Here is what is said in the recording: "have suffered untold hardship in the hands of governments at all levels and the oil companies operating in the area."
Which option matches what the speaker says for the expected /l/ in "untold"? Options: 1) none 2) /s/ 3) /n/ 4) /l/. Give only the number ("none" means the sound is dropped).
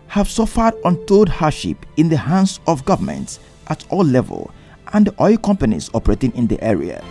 1